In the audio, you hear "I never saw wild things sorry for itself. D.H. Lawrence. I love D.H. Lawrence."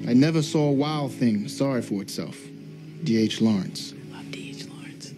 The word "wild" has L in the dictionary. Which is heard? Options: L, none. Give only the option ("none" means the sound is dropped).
L